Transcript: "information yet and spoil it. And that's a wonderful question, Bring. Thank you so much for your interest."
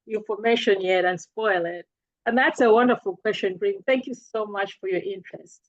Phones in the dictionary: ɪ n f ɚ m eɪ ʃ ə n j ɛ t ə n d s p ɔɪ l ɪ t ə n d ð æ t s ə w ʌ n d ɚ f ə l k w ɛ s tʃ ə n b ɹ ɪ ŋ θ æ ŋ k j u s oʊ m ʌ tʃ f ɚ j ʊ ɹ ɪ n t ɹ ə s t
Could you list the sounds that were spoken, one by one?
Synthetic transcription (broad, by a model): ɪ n f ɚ m eɪ ʃ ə n j ɛ t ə n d s p ɔɪ l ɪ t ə n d ð æ t s ə w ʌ n d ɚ f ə l k w ɛ s tʃ ə n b ɹ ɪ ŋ θ æ ŋ k j u s oʊ m ʌ tʃ f ɚ j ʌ ɹ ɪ n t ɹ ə s t